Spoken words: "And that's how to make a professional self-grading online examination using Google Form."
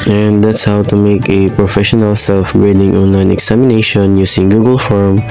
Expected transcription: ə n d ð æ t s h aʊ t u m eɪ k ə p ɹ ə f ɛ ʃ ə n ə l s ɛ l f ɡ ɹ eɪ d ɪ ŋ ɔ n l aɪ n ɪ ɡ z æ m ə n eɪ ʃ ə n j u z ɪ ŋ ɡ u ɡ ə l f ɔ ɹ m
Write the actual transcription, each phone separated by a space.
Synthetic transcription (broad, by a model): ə n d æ t s h aʊ t u m eɪ k ə p ɹ ə f ɛ ʃ ə n ə l s ɛ l f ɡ ɹ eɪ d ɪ ŋ ɔ n l aɪ n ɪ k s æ m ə n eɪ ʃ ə n j u s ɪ ŋ ɡ u ɡ ə l f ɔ ɹ m